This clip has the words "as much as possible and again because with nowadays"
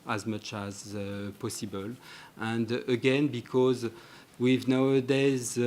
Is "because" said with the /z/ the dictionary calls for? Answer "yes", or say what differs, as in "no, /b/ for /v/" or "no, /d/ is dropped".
yes